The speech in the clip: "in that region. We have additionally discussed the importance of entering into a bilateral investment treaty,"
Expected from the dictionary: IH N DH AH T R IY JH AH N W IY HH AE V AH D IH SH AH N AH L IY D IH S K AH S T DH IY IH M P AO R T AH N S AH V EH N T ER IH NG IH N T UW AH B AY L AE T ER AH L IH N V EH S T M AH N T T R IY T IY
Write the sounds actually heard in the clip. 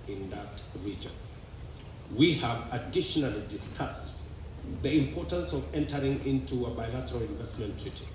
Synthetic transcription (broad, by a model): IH N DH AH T R IY JH AH N W IY HH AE V AH D IH SH AH N AH L IY D IH S K AH S T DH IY IH M P AO R T AH N S AH V EH N T ER IH NG IH N T UW AH B AY L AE T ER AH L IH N V EH S T M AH N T T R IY T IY